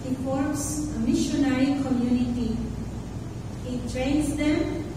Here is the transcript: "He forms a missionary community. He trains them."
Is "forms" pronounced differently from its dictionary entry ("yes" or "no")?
yes